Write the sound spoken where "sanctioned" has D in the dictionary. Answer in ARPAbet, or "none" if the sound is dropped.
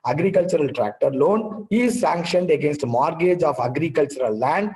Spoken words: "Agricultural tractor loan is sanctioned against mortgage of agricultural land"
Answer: D